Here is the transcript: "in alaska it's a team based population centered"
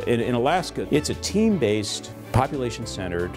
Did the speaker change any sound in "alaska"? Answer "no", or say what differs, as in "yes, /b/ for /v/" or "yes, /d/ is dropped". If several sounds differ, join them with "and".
no